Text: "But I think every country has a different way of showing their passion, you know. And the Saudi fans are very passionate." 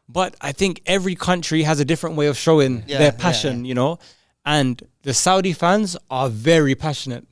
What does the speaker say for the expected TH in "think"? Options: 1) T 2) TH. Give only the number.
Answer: 2